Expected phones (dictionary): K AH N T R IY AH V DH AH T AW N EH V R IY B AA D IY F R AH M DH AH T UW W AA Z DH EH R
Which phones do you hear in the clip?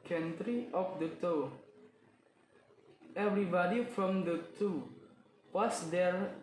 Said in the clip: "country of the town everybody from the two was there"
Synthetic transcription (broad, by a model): K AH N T R IY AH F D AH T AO EH V R IY B AA D IY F R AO M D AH T UW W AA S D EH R